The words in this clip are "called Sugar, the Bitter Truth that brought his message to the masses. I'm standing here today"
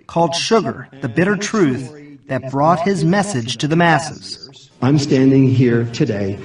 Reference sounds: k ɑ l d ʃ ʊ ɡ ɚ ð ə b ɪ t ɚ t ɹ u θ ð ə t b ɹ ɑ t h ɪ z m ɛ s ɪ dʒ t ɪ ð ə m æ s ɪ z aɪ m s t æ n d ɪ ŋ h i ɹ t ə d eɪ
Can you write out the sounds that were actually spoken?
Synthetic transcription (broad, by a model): k ɑ l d ʃ ʊ ɡ ɚ ð ə b ɪ t ɚ t ɹ u θ ð ə t b ɹ ɑ t h ɪ z m ɛ s ɪ dʒ t ɪ ð ə m æ s ɪ z aɪ m s t æ n d ɪ ŋ h i ɹ t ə d eɪ